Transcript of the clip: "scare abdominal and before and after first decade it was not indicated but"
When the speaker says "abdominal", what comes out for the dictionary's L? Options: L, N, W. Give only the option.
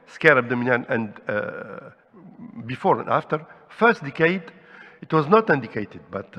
N